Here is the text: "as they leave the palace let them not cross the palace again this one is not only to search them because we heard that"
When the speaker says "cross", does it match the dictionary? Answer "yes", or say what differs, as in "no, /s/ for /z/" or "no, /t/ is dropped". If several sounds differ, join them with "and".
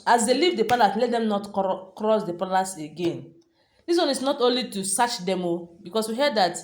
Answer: yes